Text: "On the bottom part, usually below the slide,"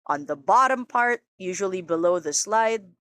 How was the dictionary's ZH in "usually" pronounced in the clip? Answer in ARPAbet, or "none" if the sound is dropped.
ZH